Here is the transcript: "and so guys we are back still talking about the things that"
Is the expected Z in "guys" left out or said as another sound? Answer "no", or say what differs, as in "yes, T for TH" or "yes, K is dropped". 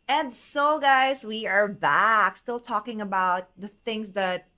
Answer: no